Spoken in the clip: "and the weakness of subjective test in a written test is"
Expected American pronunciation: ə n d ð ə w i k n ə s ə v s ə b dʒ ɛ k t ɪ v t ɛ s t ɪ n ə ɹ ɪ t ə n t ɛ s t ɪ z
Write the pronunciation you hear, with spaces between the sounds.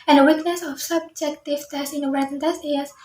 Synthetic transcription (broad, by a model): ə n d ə w i k n ə s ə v s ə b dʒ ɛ k t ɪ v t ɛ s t ɪ n ə w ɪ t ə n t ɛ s ɪ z